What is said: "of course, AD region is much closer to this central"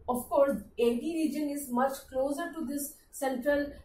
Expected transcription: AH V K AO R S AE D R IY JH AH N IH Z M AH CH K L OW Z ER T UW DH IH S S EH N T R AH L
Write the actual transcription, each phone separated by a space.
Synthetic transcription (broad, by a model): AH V K AO R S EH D R IY JH AH N IH Z M AH CH K L OW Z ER T UW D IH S S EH N T R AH L